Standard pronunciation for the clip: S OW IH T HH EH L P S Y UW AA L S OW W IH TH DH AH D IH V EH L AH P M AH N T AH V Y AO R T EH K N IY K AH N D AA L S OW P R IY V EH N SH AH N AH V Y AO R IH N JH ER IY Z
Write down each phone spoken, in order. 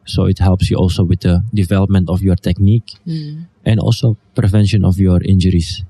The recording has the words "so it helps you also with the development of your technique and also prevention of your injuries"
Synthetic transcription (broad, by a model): S OW IH T HH EH L P S Y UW AA L S OW W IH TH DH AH D IH V EH L AH P M AH N T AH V Y AO R T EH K N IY K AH N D AA L S OW P R IY V EH N SH AH N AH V Y AO R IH N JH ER IY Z